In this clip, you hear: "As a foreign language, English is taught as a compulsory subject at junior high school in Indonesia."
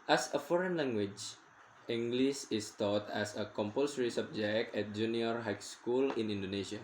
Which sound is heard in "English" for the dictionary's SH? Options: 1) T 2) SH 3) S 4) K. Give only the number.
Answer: 3